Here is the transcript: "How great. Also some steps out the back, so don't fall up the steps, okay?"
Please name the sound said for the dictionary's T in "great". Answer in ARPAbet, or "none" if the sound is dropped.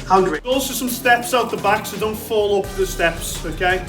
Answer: none